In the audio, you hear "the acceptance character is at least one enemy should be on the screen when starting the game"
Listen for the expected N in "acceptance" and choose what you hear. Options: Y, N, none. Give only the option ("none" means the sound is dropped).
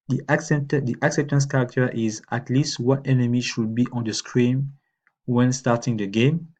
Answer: N